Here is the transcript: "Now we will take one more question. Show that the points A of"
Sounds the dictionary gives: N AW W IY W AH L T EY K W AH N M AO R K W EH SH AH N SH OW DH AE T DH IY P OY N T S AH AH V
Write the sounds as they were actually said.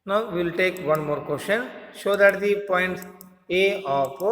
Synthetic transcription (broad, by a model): N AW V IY L T EY K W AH N M AO R K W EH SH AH N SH OW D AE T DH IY P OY N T AH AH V